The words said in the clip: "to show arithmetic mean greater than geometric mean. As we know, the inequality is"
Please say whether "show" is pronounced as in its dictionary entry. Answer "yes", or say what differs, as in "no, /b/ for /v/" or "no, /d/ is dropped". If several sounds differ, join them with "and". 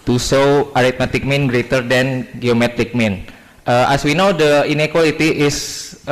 no, /s/ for /ʃ/